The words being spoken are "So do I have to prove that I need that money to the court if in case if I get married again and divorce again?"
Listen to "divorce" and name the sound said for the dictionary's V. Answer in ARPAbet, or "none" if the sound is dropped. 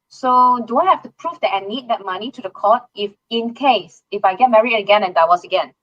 W